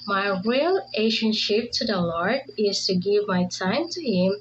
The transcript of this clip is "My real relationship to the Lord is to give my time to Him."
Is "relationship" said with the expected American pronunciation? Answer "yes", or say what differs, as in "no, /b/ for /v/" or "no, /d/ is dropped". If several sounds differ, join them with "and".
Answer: no, /l/ is dropped